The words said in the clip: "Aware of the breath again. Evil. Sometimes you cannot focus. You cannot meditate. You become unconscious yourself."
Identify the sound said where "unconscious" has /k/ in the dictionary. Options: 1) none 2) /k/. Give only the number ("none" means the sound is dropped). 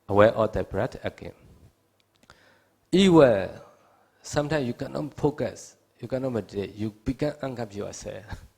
1